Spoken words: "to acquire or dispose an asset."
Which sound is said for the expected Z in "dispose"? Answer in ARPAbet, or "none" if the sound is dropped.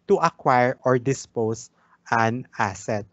S